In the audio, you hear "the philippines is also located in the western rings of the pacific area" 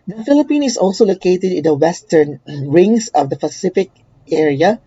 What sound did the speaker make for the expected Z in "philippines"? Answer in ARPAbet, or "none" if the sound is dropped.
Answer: none